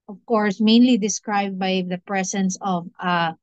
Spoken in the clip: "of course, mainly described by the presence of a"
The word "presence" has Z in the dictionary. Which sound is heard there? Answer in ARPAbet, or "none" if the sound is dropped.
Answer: S